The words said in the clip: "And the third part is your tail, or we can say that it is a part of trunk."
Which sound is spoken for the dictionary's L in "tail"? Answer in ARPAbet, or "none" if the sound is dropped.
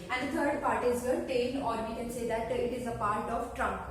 N